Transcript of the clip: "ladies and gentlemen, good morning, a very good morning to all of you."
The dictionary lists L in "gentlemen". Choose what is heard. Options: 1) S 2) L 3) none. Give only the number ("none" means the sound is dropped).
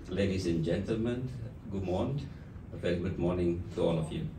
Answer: 2